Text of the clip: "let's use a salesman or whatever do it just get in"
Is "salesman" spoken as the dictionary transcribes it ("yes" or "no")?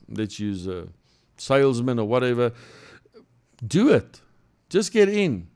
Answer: yes